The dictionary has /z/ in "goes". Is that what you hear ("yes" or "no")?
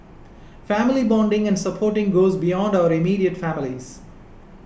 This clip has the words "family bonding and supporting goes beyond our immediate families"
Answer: yes